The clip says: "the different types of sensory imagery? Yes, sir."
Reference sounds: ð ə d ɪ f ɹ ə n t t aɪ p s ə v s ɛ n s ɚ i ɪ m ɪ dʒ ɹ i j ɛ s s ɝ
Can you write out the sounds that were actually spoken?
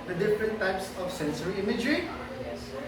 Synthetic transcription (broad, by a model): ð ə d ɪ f ɹ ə n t t aɪ p s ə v s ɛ n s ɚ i ɪ m ɪ dʒ ɹ i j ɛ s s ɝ